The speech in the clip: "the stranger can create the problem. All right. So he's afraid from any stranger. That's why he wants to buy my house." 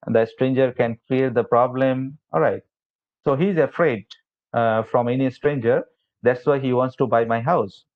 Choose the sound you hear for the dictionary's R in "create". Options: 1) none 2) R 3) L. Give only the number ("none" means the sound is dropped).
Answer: 3